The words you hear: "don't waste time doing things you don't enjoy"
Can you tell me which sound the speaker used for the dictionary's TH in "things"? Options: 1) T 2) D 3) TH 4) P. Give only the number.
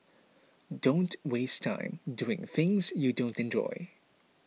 3